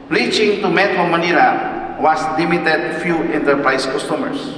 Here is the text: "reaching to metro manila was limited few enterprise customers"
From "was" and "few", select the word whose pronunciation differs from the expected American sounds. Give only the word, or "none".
was